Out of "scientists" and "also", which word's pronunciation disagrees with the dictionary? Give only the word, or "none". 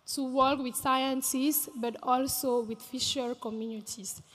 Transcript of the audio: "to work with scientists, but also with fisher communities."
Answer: scientists